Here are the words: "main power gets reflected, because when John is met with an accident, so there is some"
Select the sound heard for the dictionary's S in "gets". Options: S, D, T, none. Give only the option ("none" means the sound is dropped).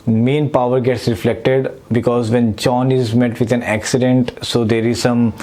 S